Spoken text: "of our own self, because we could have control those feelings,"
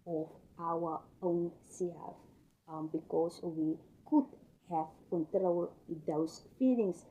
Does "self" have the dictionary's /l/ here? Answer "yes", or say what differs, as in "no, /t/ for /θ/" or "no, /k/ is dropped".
no, /l/ is dropped